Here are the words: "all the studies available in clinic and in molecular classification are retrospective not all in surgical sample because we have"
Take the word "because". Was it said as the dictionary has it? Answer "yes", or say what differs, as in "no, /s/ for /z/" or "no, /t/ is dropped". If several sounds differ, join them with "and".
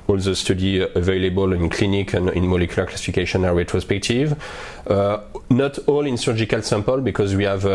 yes